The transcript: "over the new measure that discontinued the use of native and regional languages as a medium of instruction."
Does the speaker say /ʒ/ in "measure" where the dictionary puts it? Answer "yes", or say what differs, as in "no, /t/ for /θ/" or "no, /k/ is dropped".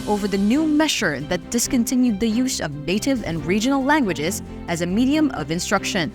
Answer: no, /ʃ/ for /ʒ/